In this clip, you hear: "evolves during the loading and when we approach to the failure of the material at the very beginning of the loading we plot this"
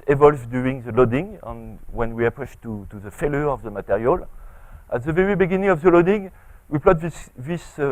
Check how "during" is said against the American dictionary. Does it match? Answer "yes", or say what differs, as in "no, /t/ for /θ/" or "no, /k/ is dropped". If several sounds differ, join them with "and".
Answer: no, /ɹ/ is dropped